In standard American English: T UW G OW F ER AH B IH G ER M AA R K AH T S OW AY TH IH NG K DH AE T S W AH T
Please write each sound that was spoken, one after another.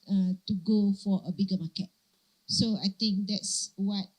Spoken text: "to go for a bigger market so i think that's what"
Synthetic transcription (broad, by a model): T UW G OW F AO AH B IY G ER M AA K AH T S OW AY T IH NG K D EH T S W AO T